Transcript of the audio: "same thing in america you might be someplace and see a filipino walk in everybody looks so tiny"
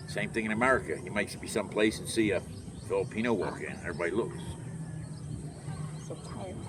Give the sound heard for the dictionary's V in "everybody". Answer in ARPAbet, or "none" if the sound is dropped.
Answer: none